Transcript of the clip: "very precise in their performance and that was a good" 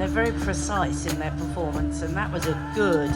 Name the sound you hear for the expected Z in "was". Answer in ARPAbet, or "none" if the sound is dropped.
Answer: Z